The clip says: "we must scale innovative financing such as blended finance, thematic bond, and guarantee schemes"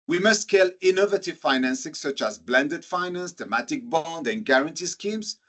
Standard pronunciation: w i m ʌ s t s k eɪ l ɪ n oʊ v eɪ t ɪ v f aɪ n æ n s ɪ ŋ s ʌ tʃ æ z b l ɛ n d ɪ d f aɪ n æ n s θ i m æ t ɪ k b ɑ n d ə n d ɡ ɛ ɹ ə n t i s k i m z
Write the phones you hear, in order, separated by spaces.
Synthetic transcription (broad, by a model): w i m ʌ s t k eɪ l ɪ n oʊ v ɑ t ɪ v f aɪ n æ n s ɪ ŋ s ʌ tʃ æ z b l ɛ n d ɪ d f aɪ n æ n s t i m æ t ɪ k b ɑ n d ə n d ɡ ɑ ɹ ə n t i s k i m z